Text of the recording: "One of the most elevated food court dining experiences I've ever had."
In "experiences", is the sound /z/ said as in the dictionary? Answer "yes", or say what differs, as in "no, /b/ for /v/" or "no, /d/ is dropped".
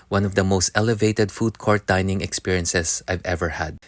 no, /s/ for /z/